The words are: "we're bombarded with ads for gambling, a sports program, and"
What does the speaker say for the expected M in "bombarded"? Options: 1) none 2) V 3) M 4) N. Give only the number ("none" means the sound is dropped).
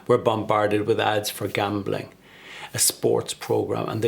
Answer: 3